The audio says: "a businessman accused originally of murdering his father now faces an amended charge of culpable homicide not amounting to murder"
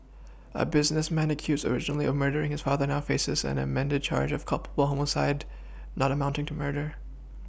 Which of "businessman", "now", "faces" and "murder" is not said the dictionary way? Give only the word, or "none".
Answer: none